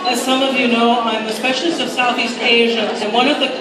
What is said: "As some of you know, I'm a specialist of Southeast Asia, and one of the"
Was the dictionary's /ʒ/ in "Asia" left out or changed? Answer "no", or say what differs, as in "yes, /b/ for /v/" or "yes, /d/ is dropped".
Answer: no